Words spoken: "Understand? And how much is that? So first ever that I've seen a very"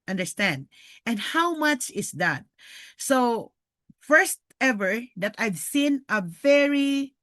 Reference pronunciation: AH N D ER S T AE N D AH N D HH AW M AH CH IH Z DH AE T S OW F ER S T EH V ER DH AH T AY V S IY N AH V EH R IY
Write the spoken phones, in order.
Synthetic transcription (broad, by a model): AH N D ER S T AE N D AH N D HH AW M AH CH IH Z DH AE T S OW F ER S T EH V ER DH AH T AY V S IY N AH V EH R IY